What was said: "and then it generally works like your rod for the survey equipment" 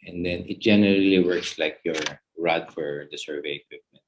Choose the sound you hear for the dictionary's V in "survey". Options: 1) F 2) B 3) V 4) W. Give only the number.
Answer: 3